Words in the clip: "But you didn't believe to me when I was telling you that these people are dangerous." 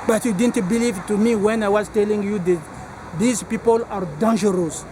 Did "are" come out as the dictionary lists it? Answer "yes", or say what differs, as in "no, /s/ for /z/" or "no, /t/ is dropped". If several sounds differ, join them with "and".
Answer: yes